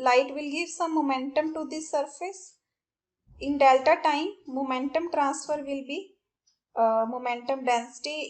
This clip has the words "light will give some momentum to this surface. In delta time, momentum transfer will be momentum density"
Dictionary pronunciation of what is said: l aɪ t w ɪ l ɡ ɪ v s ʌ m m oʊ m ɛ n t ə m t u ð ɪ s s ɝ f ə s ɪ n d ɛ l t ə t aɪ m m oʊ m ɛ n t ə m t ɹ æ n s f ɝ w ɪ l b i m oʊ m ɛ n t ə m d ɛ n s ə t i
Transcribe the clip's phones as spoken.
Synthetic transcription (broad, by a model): l aɪ t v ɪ l ɡ ɪ v s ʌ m m oʊ m ɛ n t ə m t u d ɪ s s ɝ f ə s ɪ n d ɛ l t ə t aɪ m m oʊ m ɛ n t ə m t ɹ æ n s f ɝ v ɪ l b i m oʊ m ɛ n t ə m d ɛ n s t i